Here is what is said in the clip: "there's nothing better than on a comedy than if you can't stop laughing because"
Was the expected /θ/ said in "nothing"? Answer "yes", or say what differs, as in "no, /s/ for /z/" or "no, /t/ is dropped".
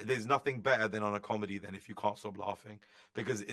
yes